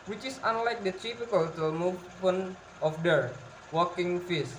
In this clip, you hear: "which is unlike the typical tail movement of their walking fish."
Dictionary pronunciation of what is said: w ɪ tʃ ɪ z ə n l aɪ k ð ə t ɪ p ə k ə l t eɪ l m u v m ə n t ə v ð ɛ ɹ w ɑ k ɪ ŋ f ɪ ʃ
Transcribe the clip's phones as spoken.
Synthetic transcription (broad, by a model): w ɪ tʃ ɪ s ə n l aɪ k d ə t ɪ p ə k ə l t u m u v ə n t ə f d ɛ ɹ w ɑ k ɪ ŋ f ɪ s